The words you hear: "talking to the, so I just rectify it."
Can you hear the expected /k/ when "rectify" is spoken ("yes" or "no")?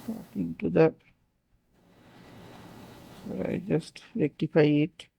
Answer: yes